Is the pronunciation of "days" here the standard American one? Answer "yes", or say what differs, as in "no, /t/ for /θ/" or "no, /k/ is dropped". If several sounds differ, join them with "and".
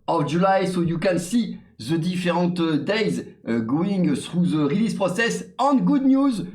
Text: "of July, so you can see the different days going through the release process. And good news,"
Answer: yes